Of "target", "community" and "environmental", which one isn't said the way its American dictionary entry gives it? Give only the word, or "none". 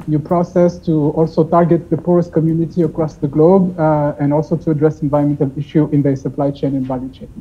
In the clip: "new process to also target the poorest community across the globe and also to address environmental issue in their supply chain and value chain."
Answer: environmental